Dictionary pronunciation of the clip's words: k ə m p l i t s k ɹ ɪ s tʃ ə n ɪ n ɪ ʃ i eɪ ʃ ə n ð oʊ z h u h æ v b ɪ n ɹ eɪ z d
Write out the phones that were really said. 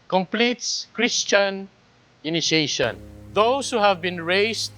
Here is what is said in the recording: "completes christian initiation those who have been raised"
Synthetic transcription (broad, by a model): k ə m p l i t s k ɹ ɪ s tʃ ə n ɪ n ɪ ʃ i eɪ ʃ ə n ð oʊ s h u h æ v b ɪ n ɹ eɪ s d